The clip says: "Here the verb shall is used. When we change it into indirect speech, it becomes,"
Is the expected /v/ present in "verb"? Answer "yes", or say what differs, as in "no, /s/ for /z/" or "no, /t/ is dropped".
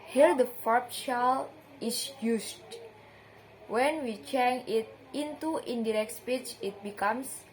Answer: no, /f/ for /v/